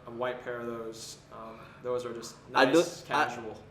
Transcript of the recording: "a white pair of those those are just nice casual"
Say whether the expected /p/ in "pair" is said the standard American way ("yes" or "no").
yes